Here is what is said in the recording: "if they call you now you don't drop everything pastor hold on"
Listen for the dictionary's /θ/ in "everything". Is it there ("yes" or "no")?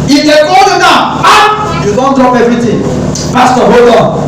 no